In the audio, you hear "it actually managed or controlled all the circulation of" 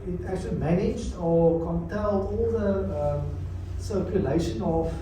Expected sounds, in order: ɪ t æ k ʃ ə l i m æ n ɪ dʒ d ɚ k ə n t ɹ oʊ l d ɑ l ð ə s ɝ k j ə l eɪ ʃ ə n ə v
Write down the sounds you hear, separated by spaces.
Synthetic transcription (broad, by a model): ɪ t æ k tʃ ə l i m æ n ɪ dʒ d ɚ k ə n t ɛ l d ɑ l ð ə s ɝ k j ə l eɪ ʃ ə n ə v